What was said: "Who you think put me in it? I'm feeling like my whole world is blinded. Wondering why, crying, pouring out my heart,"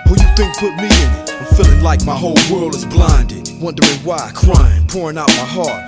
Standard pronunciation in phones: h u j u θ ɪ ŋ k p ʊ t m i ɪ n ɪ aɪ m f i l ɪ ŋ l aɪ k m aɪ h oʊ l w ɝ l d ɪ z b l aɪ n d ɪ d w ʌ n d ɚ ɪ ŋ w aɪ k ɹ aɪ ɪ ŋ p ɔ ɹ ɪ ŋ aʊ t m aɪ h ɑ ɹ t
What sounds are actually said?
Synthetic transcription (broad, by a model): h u j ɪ θ ɪ ŋ k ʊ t m i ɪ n ɪ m f i l ɪ ŋ l aɪ k m aɪ h oʊ l w ɝ l d ɪ z b l aɪ n d ɪ d w ʌ n d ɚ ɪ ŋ w aɪ k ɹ aɪ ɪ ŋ p ɔ ɹ ɪ ŋ aʊ t m aɪ h ɑ ɹ t